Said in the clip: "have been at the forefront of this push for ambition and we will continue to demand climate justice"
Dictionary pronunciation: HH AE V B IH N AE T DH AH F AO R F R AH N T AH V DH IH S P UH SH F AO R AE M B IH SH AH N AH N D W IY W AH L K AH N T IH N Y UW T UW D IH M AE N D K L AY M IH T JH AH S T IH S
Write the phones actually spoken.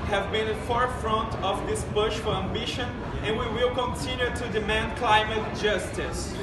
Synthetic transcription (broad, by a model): HH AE V B IH N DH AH F AO R F R AH N T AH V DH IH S B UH SH F AO R AE M B IH SH AH N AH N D W IY W AH L K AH N T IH N Y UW T UW D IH M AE N D K L AY M IH T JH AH S T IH S